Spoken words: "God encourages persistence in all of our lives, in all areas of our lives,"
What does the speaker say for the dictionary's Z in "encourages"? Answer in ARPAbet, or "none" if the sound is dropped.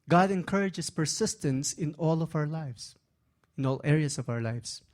S